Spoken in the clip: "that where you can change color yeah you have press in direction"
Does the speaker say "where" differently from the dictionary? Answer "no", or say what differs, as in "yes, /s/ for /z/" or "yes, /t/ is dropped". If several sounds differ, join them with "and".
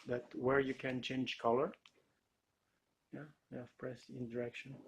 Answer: no